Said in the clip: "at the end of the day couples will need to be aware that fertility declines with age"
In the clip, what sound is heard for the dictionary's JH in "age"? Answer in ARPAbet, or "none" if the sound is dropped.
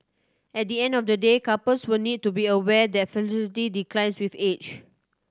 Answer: CH